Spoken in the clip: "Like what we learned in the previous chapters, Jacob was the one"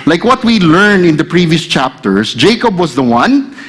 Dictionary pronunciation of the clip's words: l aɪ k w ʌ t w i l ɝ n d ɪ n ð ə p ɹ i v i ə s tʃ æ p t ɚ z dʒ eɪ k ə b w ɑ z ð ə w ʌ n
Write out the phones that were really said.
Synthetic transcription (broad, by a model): l aɪ k w ʌ t w i l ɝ n ɪ n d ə p ɹ i v i ə s tʃ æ p t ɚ s dʒ eɪ k ə b w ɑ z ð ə w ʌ n